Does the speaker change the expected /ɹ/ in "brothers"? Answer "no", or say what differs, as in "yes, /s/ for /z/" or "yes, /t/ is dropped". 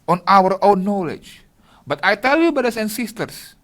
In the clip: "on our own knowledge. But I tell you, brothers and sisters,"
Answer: yes, /ɹ/ is dropped